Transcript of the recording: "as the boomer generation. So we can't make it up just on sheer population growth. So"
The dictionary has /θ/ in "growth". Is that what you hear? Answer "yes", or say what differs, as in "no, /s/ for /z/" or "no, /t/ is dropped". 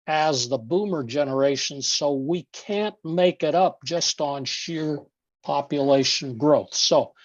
yes